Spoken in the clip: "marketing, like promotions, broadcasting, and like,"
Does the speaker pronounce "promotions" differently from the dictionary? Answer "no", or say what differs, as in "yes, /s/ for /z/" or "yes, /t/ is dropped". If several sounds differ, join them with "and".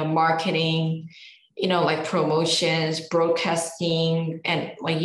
no